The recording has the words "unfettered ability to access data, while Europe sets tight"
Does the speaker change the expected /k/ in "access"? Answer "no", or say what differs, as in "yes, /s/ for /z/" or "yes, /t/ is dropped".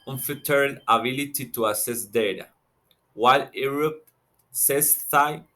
yes, /k/ is dropped